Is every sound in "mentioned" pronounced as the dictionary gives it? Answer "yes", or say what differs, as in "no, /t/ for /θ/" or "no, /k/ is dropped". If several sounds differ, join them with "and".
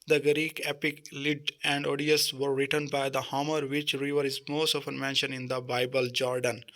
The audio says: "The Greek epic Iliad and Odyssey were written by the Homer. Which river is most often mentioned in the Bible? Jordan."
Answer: no, /d/ is dropped